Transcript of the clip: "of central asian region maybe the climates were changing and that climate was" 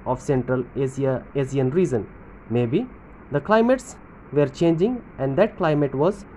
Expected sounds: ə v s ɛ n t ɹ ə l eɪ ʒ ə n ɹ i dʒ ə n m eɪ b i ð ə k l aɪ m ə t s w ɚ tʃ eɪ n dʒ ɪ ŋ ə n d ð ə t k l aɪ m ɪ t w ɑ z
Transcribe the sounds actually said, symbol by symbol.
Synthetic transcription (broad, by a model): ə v s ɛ n t ɹ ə l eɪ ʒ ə n ɹ i z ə n m eɪ b i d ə k l aɪ m ə t s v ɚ tʃ eɪ n dʒ ɪ ŋ ə n d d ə t k l aɪ m ɪ t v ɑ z